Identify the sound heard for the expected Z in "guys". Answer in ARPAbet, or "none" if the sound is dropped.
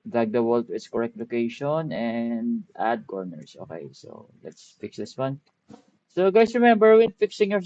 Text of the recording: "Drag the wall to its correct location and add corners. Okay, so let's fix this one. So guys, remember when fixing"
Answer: S